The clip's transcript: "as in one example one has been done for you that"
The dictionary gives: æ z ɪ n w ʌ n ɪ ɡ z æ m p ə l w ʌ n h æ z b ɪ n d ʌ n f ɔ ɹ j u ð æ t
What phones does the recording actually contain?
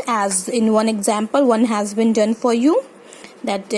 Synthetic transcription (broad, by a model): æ z ɪ n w ʌ n ɪ ɡ z æ m p ə l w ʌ n h æ z b ɪ n d ʌ n f ɔ ɹ j u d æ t